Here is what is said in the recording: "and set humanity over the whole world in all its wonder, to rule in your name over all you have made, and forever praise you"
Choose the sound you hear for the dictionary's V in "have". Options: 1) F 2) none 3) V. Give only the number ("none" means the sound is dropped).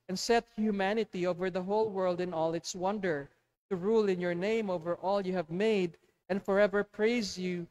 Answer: 3